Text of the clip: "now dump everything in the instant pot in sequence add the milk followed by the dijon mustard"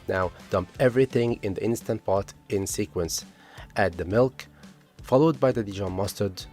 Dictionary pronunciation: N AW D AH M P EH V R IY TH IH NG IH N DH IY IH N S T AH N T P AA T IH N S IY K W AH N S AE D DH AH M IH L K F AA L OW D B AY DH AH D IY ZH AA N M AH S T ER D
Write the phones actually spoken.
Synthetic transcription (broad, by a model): N AW D AH M P EH V R IY TH IH NG IH N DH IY IH N S T AH N T P AA T IH N S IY K W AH N S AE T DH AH M IH L K F AA L OW D B AY DH AH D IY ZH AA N M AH S T ER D